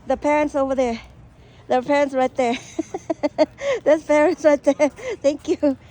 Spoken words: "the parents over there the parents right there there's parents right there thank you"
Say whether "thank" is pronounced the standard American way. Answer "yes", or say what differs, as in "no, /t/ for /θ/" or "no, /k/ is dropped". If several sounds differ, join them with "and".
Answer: yes